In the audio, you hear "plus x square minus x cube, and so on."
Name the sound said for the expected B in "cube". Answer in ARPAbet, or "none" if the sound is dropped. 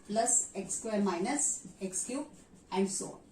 none